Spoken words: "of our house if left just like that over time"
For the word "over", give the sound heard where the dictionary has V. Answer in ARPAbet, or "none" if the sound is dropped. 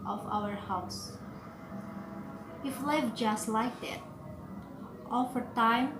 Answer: F